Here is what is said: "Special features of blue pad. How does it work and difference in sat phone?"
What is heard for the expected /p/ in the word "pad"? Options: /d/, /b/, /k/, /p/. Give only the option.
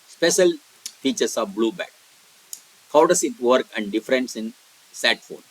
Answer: /b/